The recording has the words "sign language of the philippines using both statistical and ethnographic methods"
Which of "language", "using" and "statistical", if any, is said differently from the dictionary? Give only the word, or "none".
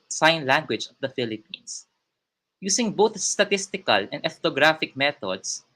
using